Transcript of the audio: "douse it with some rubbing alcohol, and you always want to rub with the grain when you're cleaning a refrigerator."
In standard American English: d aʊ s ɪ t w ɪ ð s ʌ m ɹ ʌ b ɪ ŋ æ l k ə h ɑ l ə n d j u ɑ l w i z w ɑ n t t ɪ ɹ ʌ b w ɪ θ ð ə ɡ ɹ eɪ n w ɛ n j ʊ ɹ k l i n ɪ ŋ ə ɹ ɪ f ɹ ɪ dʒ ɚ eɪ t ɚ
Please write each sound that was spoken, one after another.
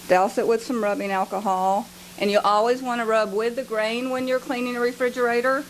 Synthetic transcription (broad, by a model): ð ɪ s ɪ t w ɪ ð s ʌ m ɹ ʌ b ɪ ŋ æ l k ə h ɑ l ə n j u ɑ l w i z w ɑ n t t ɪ ɹ ʌ b w ɪ ð ə ɡ ɹ eɪ n w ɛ n j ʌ ɹ k l i n ɪ ŋ ə ɹ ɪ f ɹ ɪ dʒ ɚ eɪ t ɚ